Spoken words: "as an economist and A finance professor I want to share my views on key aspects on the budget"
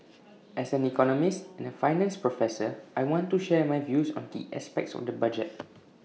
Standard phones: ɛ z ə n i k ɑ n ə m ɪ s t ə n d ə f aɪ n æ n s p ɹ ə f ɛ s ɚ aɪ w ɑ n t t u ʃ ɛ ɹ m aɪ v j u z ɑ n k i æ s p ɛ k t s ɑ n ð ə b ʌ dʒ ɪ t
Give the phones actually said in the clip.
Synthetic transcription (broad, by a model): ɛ s ə n i k ɑ n ə m ɪ s t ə n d ə f aɪ n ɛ n s p ɹ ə f ɛ s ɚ aɪ w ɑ n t t u ʃ ɛ m aɪ v j u s ɑ n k i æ s p ɛ k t s ɑ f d ə b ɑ dʒ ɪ t